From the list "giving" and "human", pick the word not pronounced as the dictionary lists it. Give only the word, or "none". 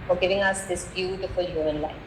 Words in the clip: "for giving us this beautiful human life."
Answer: human